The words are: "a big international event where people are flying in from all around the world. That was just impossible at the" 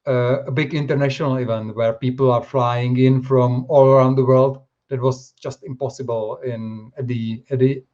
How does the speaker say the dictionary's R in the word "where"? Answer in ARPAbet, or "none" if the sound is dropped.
R